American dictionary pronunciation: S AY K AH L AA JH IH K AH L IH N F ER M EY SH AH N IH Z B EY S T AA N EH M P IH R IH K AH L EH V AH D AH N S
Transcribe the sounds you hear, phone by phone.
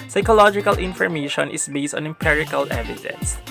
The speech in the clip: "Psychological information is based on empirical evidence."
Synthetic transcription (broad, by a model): S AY K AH L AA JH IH K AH L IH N F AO M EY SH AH N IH S B EY S T AA N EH M P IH R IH K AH L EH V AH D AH N S